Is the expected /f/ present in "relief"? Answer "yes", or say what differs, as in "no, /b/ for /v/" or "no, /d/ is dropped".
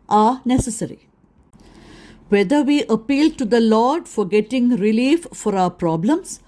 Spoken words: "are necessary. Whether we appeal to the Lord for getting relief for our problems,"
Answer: yes